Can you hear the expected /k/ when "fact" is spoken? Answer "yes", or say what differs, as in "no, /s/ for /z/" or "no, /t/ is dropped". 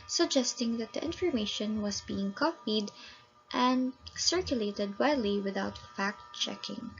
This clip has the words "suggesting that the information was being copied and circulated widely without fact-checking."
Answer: yes